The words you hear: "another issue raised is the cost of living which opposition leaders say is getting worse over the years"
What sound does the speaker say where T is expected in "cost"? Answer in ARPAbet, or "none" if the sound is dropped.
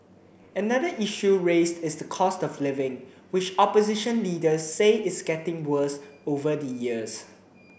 T